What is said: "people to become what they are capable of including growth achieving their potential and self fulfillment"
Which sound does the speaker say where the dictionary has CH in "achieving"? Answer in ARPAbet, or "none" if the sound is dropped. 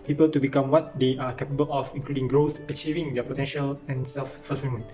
CH